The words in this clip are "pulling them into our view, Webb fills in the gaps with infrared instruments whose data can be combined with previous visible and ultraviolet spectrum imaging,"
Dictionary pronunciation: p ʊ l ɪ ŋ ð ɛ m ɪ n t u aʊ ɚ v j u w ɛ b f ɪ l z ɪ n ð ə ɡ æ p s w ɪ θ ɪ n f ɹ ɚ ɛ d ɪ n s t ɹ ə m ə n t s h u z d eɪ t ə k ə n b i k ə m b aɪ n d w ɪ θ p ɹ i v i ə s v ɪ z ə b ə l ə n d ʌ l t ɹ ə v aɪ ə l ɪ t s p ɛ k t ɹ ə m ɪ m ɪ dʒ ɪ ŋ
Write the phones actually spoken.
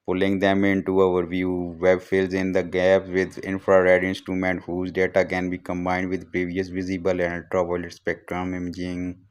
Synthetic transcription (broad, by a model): p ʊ l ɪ ŋ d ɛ m ɪ n t u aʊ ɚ v j u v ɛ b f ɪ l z ɪ n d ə ɡ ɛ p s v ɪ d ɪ n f ɹ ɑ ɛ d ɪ n s t ɹ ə m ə n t h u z d eɪ t ə k ə n b i k ə m b aɪ n d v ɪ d p ɹ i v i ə s v ɪ z ə b ə l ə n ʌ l t ɹ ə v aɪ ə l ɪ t s p ɛ k t ɹ ə m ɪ m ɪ dʒ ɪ ŋ